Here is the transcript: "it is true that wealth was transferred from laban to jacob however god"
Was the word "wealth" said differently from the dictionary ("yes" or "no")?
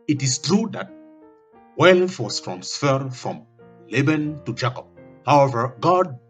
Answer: yes